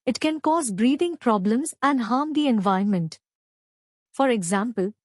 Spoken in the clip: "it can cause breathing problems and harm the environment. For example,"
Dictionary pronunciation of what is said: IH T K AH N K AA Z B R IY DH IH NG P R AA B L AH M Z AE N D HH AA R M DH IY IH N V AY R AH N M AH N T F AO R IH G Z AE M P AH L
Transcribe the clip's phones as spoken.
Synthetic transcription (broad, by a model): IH T K AH N K AA Z B R IY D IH NG P R AA B L AH M Z AE N D HH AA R M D IY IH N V AY AH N M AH N T F AO R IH G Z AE M P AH L